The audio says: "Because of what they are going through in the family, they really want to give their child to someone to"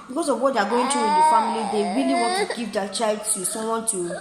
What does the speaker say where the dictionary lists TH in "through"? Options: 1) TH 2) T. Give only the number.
2